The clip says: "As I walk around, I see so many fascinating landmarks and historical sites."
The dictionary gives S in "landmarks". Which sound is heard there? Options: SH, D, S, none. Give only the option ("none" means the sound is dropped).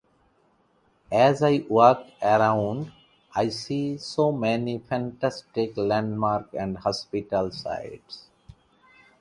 none